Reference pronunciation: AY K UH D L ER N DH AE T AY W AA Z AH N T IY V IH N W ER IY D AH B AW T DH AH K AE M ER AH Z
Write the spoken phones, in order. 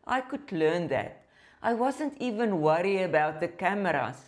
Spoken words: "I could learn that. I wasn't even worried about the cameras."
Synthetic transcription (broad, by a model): AY K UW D L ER N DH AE T AY W AA Z AH N T IY V IH N W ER IY AH B AW T DH AH K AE M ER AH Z